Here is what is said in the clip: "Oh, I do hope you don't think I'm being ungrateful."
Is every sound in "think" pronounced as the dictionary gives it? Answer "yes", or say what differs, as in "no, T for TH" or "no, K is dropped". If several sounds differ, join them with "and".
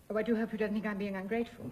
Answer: yes